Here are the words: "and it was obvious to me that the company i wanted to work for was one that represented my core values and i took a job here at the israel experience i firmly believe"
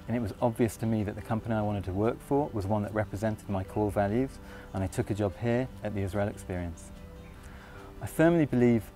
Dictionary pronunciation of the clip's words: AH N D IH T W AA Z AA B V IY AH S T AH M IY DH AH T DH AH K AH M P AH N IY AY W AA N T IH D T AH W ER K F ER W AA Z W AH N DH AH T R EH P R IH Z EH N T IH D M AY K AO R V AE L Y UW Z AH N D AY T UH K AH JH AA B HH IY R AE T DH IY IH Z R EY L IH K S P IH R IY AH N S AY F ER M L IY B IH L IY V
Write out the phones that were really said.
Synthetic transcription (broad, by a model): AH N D IH T W AA Z AA B V IY AH S T AH M IY DH AH T DH AH K AH M P AH N IY AY W AA N T IH D T AH W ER K F ER W AA Z W AH N DH AH T R EH P R IH Z EH N T IH D M AY K AO L V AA L Y UW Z AH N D AY T UH K AH JH AA B HH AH R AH T DH IY IH Z R EY L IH K S P IH R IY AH N S AY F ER M L IY B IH L IY V